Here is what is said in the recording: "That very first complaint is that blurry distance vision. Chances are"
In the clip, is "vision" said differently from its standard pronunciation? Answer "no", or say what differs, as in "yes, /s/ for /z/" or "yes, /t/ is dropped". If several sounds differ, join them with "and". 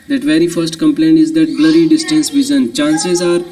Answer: yes, /z/ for /ʒ/